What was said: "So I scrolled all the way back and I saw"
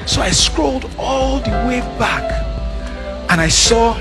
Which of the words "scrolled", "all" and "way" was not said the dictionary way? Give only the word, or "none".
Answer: none